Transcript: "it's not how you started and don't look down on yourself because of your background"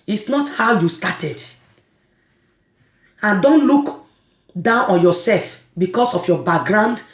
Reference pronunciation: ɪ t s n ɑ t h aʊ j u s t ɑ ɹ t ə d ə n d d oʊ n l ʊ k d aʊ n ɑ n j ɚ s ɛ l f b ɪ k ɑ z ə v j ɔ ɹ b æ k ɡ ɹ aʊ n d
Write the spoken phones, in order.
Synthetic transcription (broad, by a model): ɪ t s n ɑ t h aʊ j u s t ɑ t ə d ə n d d oʊ n l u k d aʊ n ɑ n j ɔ s ɛ l f b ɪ k ɑ s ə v j ɔ b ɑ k ɡ ɹ aʊ n d